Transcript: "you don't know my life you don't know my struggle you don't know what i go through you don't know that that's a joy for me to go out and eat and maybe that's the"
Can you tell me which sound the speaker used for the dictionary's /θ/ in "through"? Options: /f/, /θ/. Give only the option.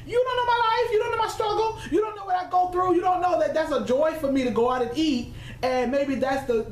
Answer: /θ/